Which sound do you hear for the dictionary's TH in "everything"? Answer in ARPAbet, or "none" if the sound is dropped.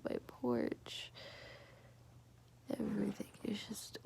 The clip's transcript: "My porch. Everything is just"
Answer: TH